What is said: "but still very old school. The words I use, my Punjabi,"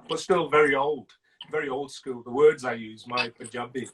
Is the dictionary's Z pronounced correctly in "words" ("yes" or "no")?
yes